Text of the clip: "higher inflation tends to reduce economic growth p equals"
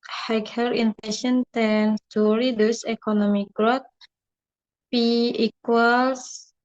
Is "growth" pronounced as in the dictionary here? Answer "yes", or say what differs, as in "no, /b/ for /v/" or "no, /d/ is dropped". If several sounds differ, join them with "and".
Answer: no, /t/ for /θ/